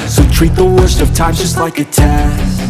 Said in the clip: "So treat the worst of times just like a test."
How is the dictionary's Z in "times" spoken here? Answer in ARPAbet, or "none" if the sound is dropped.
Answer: none